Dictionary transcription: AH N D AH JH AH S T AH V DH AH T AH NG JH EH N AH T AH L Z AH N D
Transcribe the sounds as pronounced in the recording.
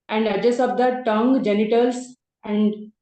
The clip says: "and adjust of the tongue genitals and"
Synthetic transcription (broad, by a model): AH N D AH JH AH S AH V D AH T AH NG JH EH N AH T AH L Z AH N D